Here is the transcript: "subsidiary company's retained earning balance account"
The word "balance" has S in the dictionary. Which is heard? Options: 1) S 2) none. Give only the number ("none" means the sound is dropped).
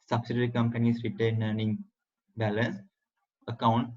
1